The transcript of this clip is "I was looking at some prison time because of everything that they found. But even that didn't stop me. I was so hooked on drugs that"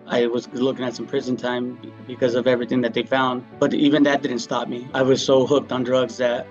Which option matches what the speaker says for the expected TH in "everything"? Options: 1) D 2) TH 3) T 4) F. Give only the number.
2